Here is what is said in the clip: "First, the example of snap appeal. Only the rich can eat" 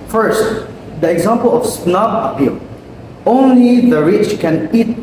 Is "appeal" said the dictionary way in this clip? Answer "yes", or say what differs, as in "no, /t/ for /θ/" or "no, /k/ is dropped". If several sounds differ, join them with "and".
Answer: yes